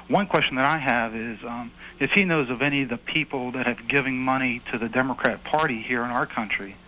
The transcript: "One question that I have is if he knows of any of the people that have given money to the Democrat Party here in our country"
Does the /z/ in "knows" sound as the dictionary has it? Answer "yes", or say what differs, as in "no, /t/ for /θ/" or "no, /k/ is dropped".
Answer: yes